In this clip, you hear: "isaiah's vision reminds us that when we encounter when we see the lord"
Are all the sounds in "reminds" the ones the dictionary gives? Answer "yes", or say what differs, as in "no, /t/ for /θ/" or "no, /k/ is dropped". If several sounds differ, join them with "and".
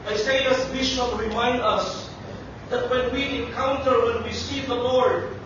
no, /z/ is dropped